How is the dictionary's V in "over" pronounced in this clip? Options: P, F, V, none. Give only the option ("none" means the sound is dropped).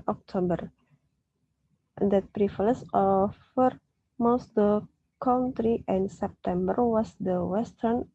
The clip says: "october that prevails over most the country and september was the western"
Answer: F